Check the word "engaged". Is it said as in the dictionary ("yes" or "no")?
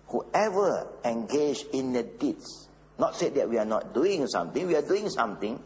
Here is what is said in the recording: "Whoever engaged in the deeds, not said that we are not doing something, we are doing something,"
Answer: no